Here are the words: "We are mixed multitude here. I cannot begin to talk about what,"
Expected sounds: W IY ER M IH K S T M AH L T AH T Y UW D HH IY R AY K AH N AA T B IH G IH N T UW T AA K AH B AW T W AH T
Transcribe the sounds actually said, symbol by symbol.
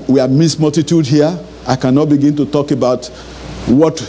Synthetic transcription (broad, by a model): W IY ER M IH S M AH L T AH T Y UW D HH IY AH AY K AH N AA T B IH G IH N T UW T AA K AH B AW T W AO T